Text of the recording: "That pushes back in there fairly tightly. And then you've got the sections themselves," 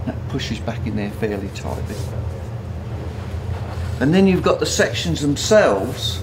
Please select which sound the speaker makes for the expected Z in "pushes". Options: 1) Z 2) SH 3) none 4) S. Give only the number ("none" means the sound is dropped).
1